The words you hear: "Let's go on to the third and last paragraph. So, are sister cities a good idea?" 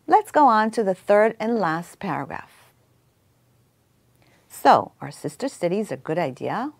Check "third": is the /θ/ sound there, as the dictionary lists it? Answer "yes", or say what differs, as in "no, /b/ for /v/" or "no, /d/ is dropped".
yes